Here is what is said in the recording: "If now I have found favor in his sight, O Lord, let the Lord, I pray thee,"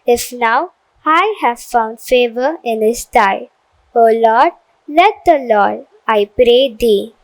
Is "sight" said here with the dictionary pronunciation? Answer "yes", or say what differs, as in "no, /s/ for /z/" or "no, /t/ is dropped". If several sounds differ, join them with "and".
no, /t/ is dropped